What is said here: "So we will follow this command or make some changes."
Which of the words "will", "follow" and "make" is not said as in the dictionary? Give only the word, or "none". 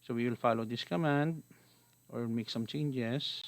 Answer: none